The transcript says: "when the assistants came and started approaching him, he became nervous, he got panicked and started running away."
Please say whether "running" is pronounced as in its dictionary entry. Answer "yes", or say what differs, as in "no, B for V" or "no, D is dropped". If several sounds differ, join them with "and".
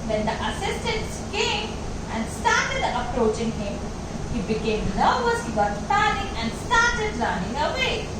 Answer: no, L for R